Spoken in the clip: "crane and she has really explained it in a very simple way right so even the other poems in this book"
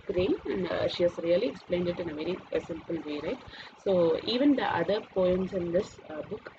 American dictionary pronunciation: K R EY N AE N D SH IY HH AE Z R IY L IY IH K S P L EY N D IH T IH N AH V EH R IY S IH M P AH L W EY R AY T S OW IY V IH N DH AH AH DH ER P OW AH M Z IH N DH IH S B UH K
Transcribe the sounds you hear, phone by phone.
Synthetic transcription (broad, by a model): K R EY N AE N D SH IY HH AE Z R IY L IY IH K S P L EY N D IH T IH N AH V EH R IY S IH M P AH L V EY R AY T S OW IY V IH N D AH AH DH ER P OW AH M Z IH N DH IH S B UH K